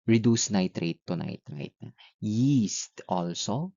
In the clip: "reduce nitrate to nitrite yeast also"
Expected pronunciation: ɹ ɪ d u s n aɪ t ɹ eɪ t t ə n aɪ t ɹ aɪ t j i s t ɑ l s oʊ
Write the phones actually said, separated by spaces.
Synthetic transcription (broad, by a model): ɹ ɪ d u s n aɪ t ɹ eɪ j t ə n aɪ t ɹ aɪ t j i s t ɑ l s oʊ